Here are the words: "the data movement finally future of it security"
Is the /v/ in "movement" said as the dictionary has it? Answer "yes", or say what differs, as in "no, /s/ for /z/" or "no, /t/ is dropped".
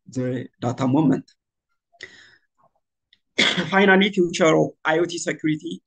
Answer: no, /v/ is dropped